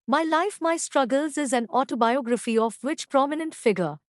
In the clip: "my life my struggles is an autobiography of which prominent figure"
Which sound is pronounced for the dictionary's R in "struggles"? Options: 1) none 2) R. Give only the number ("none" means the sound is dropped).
2